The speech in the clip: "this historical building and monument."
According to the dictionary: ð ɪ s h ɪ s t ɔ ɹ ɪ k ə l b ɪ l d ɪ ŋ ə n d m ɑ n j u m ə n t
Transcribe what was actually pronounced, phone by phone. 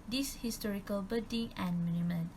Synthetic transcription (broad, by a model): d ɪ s h ɪ s t ɔ ɹ ɪ k ə l b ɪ d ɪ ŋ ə n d m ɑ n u m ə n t